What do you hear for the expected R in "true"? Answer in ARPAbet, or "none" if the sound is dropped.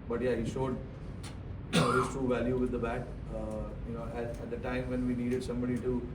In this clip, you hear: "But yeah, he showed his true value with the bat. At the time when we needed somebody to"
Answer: none